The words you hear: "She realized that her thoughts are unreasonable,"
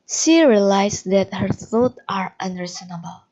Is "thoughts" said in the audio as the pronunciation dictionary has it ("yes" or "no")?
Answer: no